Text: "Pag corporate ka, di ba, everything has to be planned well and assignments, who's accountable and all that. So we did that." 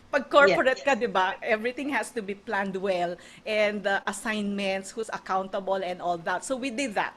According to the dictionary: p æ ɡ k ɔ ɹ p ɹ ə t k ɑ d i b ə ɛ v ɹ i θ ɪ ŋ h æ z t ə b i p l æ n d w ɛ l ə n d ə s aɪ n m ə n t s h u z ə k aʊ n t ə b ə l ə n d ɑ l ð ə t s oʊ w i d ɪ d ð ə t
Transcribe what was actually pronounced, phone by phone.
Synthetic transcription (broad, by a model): p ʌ ɡ k ɔ ɹ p ɹ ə t k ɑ d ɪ b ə ɛ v ɹ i t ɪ ŋ h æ s t ə b i p l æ n d w ɛ l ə n d ə s aɪ n m ə n t s h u s ə k aʊ n t ə b ə l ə n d ɑ l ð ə t s oʊ w i d ɪ d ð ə t